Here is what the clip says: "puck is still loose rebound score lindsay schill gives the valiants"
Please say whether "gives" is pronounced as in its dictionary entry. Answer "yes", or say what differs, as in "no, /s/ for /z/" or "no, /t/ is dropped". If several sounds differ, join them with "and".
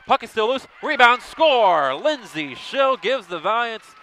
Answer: yes